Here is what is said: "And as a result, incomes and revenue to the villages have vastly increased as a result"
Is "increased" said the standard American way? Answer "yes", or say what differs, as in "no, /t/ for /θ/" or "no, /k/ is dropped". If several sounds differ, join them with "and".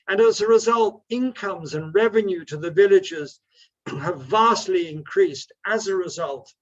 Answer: yes